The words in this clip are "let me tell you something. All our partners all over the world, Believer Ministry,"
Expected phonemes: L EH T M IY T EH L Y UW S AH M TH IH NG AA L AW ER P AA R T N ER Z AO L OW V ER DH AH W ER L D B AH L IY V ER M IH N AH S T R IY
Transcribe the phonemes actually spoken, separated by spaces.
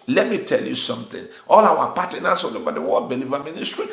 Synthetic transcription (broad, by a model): L EH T M IY T EH L Y UW S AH M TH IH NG AA L AW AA P AA T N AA S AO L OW B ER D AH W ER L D B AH L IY V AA M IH N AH S T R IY